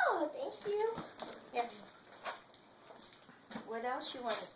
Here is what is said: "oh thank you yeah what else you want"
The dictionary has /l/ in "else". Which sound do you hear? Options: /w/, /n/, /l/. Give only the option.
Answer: /l/